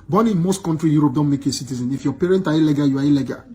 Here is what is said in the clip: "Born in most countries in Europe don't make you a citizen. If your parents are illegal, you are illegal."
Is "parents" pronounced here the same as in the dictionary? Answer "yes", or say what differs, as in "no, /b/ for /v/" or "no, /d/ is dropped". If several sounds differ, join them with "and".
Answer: no, /s/ is dropped